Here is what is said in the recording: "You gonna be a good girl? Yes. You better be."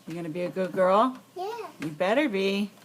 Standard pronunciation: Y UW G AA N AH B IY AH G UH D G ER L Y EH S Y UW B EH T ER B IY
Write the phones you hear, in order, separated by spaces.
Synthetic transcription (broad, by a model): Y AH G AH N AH B IY AH G UH D G ER L Y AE Y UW B EH T ER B IY